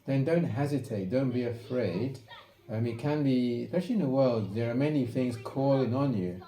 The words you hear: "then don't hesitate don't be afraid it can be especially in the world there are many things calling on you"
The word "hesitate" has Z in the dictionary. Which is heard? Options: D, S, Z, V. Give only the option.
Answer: Z